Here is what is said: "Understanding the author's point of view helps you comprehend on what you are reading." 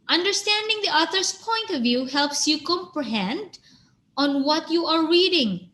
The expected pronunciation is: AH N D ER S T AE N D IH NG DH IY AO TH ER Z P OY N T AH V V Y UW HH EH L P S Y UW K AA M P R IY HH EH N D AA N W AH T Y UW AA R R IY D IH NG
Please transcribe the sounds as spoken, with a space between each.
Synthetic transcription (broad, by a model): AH N D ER S T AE N D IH NG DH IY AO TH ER S P OY N T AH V V Y UW HH EH L P S Y UW K AA M P R IY HH EH N D AA N W AH T Y UW AA R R IY D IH NG